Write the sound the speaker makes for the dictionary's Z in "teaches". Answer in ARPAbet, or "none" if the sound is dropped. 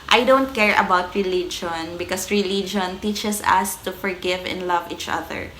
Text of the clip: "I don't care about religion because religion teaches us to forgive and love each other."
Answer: S